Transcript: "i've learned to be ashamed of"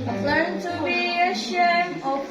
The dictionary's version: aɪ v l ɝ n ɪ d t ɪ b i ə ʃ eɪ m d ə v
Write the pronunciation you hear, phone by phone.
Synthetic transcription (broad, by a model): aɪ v l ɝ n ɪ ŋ t ɪ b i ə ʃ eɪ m ə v